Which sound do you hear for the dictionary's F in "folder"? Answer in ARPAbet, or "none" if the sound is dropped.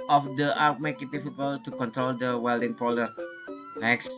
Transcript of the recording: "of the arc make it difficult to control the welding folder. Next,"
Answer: P